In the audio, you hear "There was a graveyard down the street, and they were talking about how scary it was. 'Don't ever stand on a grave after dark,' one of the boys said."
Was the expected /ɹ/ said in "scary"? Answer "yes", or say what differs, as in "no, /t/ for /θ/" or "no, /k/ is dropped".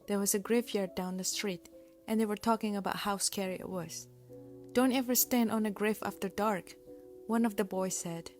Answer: yes